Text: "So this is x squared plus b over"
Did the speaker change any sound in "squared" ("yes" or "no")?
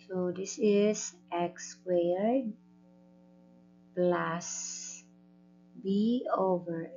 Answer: yes